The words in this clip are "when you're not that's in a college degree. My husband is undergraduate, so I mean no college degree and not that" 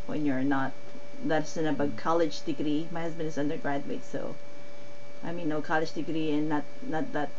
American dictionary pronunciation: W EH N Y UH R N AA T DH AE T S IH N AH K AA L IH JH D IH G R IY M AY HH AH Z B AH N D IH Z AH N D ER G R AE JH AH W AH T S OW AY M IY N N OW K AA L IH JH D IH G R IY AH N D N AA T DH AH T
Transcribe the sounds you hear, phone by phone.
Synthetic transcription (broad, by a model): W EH N Y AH R N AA T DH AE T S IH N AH K AA L IH JH D IH G R IY M AY HH AH Z B AH N D IH Z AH N D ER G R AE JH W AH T S OW AY M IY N N OW K AA L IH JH D IH G R IY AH N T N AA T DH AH T